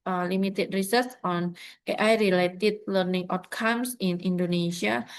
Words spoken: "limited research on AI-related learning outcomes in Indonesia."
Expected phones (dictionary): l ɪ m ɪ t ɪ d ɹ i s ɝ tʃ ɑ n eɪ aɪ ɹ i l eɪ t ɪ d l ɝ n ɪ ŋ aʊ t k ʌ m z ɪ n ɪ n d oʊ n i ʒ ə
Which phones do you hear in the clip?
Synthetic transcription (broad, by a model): l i m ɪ t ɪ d ɹ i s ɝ s ɑ n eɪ aɪ ɹ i l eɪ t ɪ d l ɝ n ɪ ŋ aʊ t k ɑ m s ɪ n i n d oʊ n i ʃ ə